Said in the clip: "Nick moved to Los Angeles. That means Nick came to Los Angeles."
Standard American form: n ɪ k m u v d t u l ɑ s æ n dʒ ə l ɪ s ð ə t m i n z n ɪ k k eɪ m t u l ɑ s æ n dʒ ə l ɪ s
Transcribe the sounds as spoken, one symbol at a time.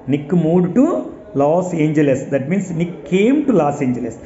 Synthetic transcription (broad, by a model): n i k m u d t u l ɑ s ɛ n dʒ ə l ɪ s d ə t m i n s n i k k eɪ m t u l ɑ s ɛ n dʒ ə l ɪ s